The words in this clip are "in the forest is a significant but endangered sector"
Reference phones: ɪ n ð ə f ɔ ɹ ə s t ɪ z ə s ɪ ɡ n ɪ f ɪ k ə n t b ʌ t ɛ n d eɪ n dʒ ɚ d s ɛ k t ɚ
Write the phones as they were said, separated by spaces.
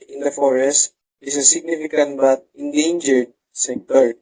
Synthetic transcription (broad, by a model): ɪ n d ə f ɔ ɹ ə s t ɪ s ə s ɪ ɡ n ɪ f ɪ k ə n t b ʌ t ɛ n d eɪ n dʒ ɚ d s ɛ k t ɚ